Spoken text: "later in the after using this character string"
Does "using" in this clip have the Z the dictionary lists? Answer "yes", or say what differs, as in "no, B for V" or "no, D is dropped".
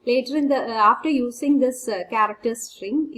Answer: no, S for Z